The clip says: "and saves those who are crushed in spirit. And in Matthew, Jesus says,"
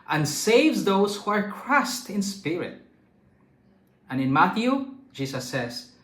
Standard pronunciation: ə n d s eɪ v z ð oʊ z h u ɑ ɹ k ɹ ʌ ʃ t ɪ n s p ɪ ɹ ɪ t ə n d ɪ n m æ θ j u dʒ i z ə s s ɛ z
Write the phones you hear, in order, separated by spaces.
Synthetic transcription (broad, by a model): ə n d s eɪ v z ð oʊ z h u ɑ ɹ k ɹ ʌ s t ɪ n s p ɪ ɹ ɪ t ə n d ɪ n m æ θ j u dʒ i s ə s s ɛ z